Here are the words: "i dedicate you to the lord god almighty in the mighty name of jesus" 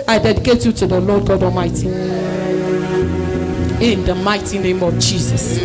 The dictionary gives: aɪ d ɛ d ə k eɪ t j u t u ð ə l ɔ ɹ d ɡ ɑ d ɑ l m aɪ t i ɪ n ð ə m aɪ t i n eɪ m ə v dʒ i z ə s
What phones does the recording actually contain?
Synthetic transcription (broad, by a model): aɪ d ɛ d ə k eɪ t j u t u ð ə l ɔ d ɡ ɑ d ɑ l m aɪ t i ɪ n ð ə m aɪ t i n eɪ m ə v dʒ i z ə s